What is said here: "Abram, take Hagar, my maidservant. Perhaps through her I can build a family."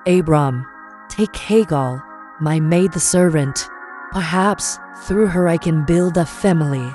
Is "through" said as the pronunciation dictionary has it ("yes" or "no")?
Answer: yes